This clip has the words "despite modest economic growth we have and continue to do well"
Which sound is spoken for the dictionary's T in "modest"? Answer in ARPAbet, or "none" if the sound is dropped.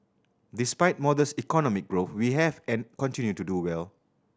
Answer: none